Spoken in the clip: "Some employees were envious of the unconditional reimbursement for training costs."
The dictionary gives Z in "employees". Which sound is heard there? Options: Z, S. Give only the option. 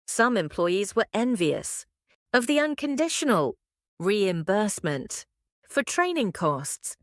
Z